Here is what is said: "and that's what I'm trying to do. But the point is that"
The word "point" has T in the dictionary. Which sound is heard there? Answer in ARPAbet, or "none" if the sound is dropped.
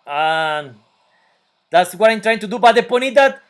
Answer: none